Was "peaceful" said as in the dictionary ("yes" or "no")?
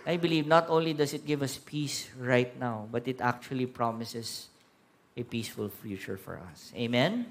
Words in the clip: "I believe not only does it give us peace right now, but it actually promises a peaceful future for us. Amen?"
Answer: yes